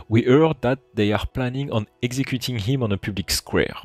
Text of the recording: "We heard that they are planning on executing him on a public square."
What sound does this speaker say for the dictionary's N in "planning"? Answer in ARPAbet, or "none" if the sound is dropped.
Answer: N